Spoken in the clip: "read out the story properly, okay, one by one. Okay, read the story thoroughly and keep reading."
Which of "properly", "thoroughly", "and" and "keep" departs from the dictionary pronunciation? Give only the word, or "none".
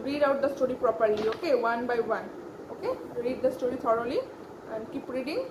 thoroughly